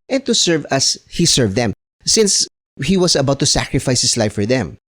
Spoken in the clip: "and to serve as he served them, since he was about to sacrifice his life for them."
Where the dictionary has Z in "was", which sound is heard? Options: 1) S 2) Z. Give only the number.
1